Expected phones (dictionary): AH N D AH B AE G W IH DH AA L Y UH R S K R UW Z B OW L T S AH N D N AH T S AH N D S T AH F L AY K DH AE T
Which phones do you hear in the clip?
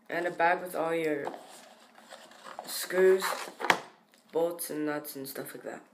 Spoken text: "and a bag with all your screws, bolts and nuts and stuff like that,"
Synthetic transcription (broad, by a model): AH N AH B AE G W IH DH AA L Y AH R S K UW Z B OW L T S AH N N AH T S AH N S T AH F L AY K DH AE T